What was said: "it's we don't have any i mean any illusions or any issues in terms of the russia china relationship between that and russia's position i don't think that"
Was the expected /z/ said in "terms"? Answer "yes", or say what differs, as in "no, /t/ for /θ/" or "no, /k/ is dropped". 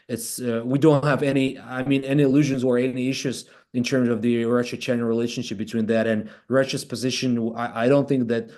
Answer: yes